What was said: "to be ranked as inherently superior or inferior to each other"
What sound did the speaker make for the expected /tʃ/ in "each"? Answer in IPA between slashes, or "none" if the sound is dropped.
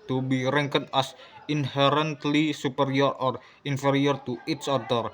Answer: /s/